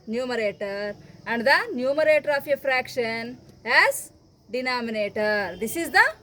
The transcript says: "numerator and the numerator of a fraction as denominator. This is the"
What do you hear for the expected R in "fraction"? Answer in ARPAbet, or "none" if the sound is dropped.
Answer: R